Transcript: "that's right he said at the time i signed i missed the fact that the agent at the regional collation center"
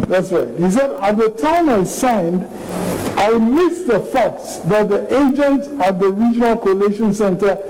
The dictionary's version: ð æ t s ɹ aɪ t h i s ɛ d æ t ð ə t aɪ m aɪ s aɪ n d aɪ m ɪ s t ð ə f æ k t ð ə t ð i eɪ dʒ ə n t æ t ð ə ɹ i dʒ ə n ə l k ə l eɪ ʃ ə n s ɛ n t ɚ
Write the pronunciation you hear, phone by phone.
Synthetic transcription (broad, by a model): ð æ t s ɹ aɪ t h i s ɛ d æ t ð ə t aɪ m aɪ s aɪ n d aɪ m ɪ s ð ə f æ k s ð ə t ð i eɪ dʒ ə n t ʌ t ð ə ɹ i dʒ ə n ə l k ə l eɪ ʃ ə n s ɛ n t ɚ